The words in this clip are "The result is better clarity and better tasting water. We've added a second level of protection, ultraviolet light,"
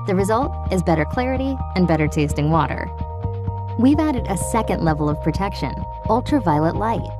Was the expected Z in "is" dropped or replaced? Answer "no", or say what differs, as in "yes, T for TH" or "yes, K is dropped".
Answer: no